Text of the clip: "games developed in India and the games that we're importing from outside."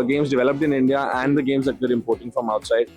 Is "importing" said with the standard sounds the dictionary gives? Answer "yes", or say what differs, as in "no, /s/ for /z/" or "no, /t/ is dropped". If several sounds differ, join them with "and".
yes